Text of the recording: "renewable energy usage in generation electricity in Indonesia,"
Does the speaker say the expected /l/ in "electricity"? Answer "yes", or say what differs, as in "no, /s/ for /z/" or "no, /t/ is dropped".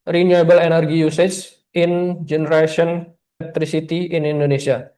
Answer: no, /n/ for /l/